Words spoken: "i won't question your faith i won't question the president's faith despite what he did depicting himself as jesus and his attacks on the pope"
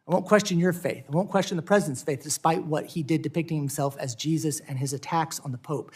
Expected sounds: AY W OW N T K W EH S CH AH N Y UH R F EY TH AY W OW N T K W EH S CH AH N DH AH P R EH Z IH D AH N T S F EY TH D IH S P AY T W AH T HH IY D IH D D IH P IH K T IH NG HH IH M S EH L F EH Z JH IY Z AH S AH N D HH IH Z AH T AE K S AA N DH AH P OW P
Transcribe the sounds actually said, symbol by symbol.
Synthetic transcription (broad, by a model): AY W OW N K W EH S CH AH N Y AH R F EY TH AY W OW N K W EH S CH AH N DH AH P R EH Z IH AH N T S F EY TH D IH S P AY T W AH T HH IY D IH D D IH P IH K T IH NG HH IH M S EH L F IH Z JH IY Z AH S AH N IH Z AH T AE K S N DH AH P OW P